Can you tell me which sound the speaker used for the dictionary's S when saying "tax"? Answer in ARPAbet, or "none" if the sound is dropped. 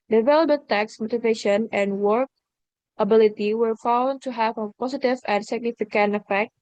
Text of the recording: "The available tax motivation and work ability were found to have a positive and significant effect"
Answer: S